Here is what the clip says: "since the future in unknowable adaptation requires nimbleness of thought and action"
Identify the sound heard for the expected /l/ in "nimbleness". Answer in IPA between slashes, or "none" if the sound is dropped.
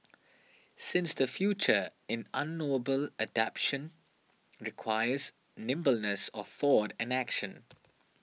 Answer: /l/